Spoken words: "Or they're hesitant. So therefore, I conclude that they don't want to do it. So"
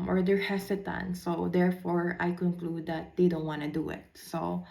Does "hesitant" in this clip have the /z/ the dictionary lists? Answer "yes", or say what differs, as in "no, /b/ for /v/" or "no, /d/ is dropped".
no, /s/ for /z/